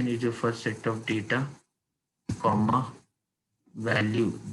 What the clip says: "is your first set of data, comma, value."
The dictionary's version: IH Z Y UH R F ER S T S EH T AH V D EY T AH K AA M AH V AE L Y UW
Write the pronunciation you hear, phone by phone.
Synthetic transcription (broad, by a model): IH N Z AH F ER T S EH T AH V D EY T AH K AA M AH V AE L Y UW